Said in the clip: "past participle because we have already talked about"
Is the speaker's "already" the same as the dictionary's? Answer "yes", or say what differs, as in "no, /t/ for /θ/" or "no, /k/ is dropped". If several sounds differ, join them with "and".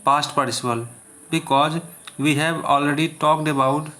yes